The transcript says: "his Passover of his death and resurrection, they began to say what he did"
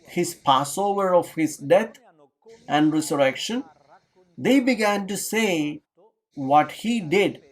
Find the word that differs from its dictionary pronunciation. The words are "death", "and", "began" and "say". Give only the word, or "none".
death